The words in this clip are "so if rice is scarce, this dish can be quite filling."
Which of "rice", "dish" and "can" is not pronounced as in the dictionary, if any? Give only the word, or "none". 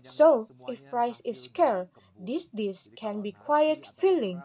dish